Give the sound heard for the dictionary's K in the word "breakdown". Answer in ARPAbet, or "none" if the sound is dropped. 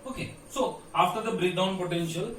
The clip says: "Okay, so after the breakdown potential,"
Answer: none